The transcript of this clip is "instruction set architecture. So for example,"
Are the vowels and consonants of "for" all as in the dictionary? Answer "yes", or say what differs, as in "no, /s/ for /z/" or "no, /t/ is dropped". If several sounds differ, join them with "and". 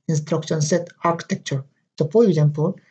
no, /p/ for /f/